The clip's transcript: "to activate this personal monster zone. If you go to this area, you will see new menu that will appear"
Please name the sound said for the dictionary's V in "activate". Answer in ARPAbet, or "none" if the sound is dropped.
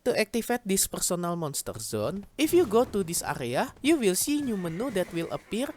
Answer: F